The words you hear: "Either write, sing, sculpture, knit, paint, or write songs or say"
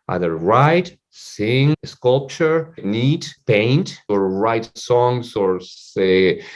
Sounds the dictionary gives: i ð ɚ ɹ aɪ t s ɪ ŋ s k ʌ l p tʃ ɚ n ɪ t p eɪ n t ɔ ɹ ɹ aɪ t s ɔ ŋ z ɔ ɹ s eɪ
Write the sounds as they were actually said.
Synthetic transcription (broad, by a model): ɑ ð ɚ ɹ aɪ t s ɪ ŋ s k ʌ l p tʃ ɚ n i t p eɪ n t ɔ ɹ ɹ aɪ t s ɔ ŋ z ɔ ɹ s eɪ